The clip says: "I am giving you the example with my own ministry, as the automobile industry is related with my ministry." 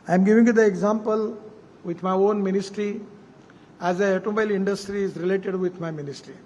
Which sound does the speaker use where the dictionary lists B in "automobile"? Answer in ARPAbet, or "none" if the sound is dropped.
none